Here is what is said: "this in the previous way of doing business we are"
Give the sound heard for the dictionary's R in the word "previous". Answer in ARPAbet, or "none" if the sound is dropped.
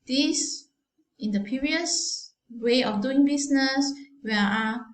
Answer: none